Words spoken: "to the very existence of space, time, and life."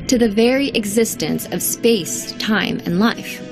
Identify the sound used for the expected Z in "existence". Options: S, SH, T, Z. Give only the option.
Z